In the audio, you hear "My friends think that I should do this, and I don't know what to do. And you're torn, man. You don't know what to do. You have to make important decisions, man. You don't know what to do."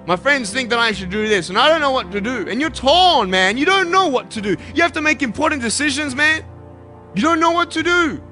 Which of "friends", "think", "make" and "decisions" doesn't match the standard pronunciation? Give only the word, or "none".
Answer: none